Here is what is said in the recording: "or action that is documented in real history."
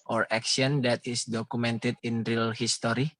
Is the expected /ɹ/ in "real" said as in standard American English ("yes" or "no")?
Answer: yes